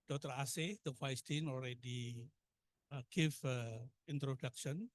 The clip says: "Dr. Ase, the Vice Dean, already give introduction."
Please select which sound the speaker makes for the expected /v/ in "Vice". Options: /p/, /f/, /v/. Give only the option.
/f/